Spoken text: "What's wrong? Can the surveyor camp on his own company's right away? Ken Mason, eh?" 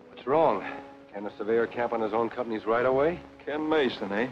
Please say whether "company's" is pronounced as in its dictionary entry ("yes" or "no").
yes